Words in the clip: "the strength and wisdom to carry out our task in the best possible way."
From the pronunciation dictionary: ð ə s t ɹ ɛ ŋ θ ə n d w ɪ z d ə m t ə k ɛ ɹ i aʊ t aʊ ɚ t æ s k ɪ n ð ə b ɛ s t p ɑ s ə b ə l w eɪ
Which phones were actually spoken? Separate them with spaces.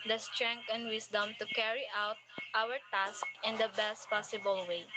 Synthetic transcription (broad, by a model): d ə s t ɹ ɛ ŋ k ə n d w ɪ s d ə m t ə k ɛ ɹ i aʊ t aʊ ɚ t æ s k ɪ n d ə b ɛ s t p ɑ s ə b ə l w eɪ